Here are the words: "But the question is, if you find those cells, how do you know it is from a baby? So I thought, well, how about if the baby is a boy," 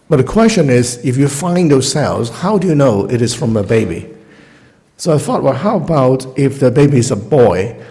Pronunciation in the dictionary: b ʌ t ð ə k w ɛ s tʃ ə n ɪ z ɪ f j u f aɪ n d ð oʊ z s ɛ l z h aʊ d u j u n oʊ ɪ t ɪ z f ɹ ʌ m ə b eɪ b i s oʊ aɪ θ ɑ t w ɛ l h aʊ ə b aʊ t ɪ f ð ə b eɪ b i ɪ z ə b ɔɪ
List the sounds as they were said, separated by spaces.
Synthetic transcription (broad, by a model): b ʌ t ð ə k w ɛ s tʃ ə n ɪ z ɪ f j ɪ f aɪ n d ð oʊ s ɛ l z h aʊ d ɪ j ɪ n oʊ ɪ t ɪ z f ɹ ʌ m ə b eɪ b i s oʊ aɪ θ ɑ t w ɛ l h aʊ ə b aʊ t ɪ f ð ə b eɪ b i ɪ z ə b ɔɪ